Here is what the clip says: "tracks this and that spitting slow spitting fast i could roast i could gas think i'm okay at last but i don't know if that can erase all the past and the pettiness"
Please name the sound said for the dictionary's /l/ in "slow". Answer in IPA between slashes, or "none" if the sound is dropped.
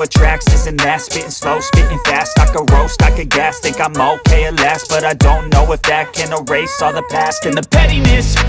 /l/